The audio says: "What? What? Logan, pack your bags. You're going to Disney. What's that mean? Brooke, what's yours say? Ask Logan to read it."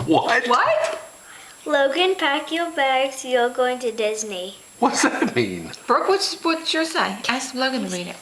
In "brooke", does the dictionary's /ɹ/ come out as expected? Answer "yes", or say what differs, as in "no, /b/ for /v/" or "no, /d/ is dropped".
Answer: no, /w/ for /ɹ/